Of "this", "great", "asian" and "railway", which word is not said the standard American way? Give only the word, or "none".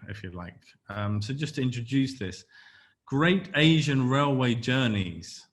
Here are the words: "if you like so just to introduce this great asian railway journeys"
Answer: none